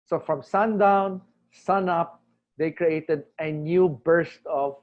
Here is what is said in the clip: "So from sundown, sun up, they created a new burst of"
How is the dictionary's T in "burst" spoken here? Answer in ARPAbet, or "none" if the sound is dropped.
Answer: T